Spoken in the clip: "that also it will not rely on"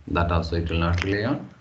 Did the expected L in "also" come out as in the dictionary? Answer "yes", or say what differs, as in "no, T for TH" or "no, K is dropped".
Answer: no, L is dropped